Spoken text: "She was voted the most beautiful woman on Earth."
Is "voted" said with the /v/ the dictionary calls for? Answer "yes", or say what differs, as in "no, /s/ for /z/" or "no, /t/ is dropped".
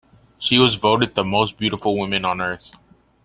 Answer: yes